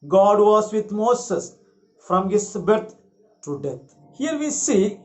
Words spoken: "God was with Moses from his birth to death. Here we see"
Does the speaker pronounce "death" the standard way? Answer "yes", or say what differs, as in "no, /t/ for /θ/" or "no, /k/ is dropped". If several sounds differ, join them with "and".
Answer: no, /t/ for /θ/